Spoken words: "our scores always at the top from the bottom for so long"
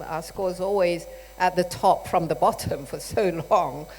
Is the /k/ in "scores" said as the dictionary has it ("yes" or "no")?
yes